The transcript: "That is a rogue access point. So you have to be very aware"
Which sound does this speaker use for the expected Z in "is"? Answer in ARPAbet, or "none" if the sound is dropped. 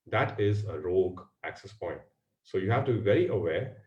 Z